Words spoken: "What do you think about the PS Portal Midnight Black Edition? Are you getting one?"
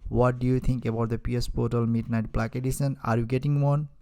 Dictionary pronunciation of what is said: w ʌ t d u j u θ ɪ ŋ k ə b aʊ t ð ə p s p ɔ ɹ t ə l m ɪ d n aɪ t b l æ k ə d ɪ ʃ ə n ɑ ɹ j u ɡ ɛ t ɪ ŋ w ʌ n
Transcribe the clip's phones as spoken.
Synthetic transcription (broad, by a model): w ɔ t d u j u t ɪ ŋ k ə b aʊ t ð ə p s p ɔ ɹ t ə l m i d n aɪ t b l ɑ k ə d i s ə n ɑ ɹ j u ɡ ɛ t ɪ ŋ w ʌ n